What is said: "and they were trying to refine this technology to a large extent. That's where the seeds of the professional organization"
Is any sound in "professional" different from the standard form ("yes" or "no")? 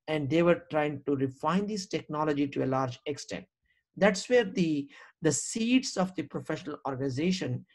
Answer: no